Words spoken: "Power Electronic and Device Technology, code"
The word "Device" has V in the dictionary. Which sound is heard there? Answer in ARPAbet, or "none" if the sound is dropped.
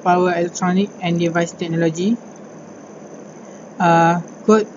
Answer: V